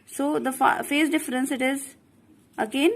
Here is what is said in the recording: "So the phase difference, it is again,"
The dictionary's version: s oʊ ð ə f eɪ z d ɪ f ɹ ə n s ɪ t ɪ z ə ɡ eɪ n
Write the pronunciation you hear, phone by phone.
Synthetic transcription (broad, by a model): s oʊ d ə f eɪ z d ɪ f ɹ ə n s ɪ t ɪ z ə ɡ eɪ n